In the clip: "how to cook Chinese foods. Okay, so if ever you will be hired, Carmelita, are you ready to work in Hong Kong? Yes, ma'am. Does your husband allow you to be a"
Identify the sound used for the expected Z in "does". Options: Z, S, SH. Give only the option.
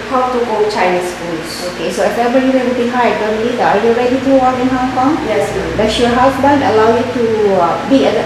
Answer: S